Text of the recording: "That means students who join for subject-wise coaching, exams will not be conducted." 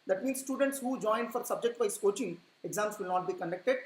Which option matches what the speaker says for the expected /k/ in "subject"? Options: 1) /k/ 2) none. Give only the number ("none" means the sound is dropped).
1